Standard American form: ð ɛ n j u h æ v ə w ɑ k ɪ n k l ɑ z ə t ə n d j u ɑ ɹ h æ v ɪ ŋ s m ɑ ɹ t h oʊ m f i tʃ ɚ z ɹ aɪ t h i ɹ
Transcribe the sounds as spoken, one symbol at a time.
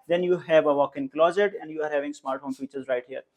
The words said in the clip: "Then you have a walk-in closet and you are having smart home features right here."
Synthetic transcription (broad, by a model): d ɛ n j u h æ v ə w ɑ k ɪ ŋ k l ɑ z ə t ə n d j u ɑ ɹ h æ v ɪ ŋ s m ɑ ɹ t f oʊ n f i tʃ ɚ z ɹ aɪ t h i ɹ